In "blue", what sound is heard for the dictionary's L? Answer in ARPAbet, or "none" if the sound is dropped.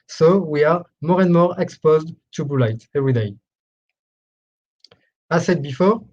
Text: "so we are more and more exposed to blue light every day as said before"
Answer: none